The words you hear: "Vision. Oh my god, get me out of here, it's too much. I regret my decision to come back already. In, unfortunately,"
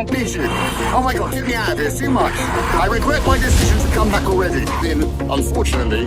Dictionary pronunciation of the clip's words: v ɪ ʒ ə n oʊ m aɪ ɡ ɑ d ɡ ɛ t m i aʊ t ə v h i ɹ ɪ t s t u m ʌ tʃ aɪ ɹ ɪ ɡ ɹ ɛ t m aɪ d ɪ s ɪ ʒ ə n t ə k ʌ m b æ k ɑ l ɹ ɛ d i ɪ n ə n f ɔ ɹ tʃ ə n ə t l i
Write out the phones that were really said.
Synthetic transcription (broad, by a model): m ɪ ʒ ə oʊ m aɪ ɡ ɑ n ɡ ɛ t m i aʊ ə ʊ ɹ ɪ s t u m ʌ tʃ aɪ ɹ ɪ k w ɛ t m aɪ d ɪ s ɪ ʒ ə n t ə k ʌ m b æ k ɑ l ɹ ɛ d i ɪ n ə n f ɔ ɹ tʃ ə n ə t l i